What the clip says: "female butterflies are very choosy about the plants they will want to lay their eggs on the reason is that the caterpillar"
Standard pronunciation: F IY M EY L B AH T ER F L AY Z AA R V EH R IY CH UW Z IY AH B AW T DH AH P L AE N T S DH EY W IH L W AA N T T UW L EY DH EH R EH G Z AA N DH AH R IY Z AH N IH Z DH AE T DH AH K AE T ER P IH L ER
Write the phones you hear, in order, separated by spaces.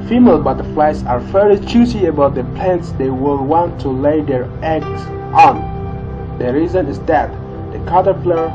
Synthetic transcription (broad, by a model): F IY M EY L B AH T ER F L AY S AA R F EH L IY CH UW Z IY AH B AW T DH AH P L AE N T S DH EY W IH L W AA N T T UW L EY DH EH R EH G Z AA N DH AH R IY Z AH N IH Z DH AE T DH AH K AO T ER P L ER